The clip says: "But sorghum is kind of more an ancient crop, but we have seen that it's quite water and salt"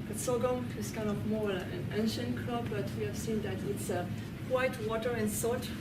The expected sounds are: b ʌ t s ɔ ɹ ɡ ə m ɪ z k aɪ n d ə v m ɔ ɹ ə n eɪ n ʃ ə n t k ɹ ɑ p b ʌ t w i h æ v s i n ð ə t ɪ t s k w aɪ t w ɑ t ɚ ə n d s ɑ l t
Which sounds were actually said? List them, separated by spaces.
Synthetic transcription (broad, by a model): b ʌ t s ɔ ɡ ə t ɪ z k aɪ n ə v m ɔ l ə n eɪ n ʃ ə n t k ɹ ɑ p b ʌ t w i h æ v s i n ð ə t ɪ t s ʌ w aɪ t w ɑ t ɚ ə n s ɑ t